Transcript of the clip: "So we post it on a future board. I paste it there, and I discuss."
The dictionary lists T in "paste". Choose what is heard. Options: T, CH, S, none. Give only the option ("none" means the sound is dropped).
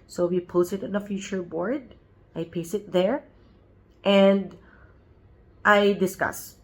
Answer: none